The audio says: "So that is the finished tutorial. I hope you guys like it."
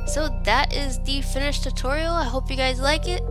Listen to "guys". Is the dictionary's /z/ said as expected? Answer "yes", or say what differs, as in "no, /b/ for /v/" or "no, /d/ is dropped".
yes